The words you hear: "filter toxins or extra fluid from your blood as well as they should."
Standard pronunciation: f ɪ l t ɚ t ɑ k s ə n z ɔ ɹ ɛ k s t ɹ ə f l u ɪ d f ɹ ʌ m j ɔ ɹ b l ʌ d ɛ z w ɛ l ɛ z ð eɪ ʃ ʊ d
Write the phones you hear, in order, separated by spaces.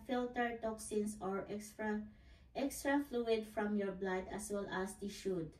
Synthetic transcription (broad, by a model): f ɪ l t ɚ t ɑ k s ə n s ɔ ɹ ɛ k s t ɹ ə f l u ɪ d f ɹ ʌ m j ɔ ɹ b l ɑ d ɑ s w ɛ l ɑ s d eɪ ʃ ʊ d